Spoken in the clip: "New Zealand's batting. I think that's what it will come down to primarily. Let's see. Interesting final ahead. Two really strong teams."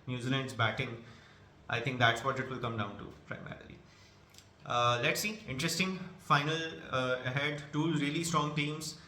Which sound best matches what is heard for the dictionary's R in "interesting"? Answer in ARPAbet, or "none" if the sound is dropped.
R